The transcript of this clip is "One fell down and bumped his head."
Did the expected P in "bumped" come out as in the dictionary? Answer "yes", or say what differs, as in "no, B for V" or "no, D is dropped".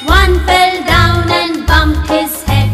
no, P is dropped